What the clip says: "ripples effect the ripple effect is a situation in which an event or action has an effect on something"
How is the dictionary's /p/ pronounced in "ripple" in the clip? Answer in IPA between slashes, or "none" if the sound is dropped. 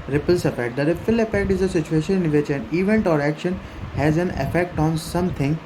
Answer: /f/